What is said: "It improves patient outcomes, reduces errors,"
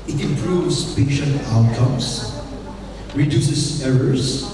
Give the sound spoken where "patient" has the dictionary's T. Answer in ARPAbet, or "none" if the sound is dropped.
none